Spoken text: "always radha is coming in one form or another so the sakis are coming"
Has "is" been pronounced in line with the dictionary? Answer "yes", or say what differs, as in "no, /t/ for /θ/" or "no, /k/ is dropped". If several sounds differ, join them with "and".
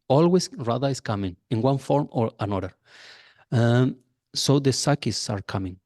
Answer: no, /s/ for /z/